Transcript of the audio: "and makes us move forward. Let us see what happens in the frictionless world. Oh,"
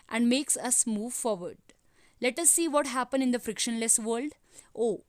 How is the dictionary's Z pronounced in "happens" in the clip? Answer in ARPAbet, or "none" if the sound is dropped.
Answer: none